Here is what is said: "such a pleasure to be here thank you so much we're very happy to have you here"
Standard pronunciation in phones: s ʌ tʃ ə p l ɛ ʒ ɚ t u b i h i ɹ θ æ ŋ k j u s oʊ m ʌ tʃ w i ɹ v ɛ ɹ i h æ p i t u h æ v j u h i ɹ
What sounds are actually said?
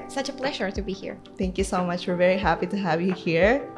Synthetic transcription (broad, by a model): s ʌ tʃ ə p l ɛ ʒ ɚ t u b i h i ɹ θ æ ŋ k j u s oʊ m ʌ tʃ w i ɹ v ɛ ɹ i h æ p i t u h æ v j u h i ɹ